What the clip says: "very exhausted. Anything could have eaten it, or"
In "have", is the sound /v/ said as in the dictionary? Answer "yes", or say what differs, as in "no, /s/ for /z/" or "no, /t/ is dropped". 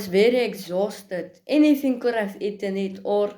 no, /f/ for /v/